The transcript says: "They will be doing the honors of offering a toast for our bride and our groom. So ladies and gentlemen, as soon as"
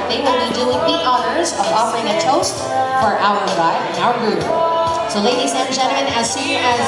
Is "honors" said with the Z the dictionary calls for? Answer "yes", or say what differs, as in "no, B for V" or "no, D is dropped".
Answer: yes